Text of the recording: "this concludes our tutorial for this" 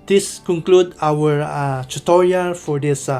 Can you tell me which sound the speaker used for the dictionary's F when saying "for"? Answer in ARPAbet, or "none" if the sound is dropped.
F